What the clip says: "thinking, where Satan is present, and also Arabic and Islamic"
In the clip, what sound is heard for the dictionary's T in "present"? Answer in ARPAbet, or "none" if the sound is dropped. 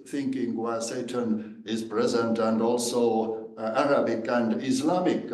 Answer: T